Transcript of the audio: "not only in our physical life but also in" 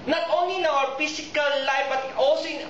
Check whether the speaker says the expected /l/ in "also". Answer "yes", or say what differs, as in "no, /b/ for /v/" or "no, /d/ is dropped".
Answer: yes